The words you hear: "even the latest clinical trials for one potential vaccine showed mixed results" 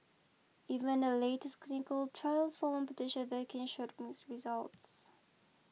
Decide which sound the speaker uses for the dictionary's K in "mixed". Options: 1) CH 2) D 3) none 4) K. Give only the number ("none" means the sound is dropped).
3